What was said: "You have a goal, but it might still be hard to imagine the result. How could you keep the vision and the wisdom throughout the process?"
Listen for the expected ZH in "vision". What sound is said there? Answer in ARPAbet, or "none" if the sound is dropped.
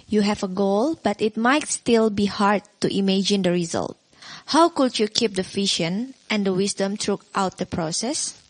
SH